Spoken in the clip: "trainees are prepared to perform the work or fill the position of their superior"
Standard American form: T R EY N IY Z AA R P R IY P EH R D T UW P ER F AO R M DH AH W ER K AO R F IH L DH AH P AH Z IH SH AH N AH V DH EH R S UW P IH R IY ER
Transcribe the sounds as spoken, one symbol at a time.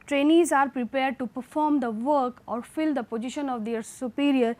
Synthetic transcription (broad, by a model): T R EY N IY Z AA R P R IY P EH R D T UW P ER F AO R M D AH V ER K AO R F IH L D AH P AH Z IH SH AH N AH V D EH R S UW P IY R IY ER